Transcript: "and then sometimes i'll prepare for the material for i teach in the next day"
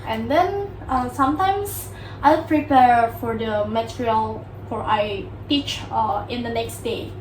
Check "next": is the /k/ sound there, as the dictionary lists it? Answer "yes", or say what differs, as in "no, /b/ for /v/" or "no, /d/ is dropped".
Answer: yes